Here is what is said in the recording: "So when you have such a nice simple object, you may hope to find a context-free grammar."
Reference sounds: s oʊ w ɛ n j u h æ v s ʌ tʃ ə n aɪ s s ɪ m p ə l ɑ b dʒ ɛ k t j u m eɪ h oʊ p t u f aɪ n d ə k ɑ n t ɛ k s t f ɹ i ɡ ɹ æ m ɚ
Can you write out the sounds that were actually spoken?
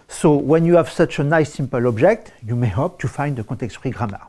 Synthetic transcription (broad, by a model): s oʊ w ɛ n j u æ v s ʌ tʃ ə n aɪ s s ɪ m p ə l ɑ b dʒ ɛ k t j u m eɪ h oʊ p t u f aɪ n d ə k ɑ t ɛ k s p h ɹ i ɡ ɹ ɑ m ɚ